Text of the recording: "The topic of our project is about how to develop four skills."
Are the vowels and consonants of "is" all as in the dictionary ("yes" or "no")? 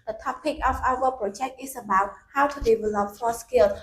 no